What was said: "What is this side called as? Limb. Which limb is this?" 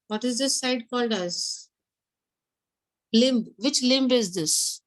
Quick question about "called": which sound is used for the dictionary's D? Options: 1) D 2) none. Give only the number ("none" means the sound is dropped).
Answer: 1